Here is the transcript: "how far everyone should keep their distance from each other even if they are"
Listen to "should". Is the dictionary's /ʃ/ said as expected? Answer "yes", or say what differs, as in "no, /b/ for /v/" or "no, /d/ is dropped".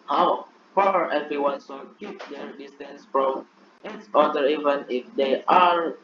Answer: no, /s/ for /ʃ/